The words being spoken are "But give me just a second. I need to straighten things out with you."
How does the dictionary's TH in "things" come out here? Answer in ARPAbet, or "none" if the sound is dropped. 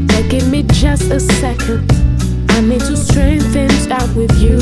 TH